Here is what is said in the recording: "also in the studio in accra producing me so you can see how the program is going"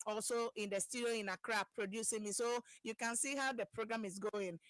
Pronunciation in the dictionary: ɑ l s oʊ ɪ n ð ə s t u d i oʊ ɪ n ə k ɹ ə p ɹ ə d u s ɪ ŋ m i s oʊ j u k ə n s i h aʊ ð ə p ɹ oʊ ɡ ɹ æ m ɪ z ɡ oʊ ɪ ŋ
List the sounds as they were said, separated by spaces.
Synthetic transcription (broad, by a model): ɑ l s oʊ ɪ n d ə s t u d i oʊ ɪ n ə k ɹ ə p ɹ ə d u s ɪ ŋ m i s oʊ j u k ə n s i h aʊ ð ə p ɹ oʊ ɡ ɹ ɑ m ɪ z ɡ oʊ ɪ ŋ